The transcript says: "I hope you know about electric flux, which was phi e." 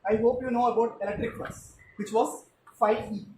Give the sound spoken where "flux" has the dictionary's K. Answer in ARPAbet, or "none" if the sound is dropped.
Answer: none